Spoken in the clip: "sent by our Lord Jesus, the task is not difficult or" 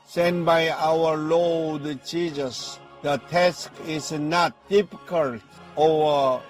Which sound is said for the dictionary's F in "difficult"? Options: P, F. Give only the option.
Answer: P